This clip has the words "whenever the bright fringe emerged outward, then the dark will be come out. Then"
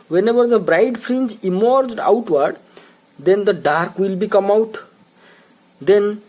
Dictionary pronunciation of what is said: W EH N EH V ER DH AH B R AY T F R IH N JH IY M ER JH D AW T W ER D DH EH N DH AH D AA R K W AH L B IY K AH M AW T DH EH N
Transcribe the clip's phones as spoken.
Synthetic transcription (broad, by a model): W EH N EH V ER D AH B R AY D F R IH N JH IY M ER JH D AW T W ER D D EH N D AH D AA R K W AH L B IY K AH M AW T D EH N